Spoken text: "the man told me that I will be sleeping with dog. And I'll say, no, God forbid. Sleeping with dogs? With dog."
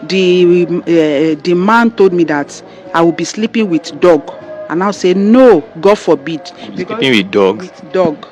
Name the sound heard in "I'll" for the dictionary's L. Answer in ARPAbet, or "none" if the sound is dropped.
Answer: W